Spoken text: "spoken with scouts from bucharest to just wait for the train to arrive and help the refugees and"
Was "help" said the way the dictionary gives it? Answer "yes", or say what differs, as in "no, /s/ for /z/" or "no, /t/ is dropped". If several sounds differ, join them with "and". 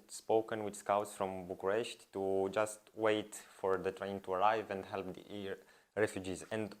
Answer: yes